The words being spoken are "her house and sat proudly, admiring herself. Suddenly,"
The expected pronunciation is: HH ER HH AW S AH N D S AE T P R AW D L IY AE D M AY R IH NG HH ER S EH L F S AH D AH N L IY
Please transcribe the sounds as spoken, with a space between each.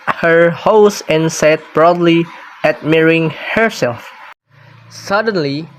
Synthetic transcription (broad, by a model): HH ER HH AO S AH N S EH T B R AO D L IY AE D M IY R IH NG HH ER S EH L F S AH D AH N L IY